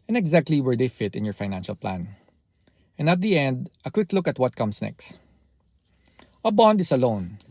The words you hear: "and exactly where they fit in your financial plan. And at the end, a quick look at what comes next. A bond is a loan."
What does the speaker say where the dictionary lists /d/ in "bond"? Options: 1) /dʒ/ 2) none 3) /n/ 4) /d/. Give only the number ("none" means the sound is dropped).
4